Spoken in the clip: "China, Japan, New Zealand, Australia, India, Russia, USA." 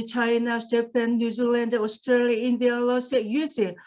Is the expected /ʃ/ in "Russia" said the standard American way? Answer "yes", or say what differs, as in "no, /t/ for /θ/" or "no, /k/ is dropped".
no, /s/ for /ʃ/